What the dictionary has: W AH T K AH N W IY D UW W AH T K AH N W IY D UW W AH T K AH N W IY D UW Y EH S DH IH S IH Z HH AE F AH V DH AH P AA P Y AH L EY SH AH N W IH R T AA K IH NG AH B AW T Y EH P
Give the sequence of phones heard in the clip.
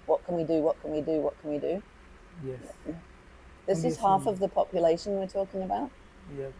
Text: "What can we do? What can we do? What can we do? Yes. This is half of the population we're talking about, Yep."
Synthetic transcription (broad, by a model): W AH T K AH N W IY D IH W AH T K AH N W IY D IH W AH T K AH N W IY D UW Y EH DH IH S IH Z HH AE F AH V DH AH P AA P Y AH L EY SH AH N W IH R T AA K IH NG AH B AW T Y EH